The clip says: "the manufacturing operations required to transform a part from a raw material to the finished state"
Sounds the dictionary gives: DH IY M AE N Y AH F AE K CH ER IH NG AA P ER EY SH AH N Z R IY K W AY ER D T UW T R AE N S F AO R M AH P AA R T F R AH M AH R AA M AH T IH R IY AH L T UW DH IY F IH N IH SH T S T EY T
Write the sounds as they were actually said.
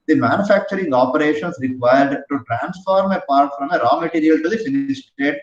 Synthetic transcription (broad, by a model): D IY M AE N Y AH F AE K CH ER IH NG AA P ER EY SH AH N S R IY K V AY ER D T UW T R AE N S F AO R M AH P AA R T F R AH M AH R AA M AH T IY R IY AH L T UW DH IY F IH N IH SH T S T EY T